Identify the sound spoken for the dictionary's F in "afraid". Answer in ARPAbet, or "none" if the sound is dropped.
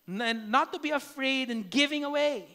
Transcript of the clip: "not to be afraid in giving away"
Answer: F